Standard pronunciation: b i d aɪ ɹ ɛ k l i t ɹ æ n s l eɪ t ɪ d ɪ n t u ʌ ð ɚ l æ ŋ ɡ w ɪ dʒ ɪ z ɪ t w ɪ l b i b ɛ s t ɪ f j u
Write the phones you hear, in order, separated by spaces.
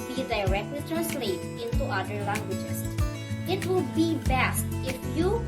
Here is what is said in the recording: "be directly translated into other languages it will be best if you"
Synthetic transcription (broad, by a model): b i d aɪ ɹ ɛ k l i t ɹ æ n s l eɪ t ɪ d ɪ n t u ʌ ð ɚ l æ ŋ ɡ w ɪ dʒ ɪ s ɪ t w ɪ l b i b ɛ s t ɪ f j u